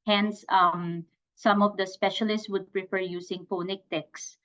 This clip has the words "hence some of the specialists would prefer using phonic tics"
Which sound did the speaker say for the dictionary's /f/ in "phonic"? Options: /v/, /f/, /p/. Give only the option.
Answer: /p/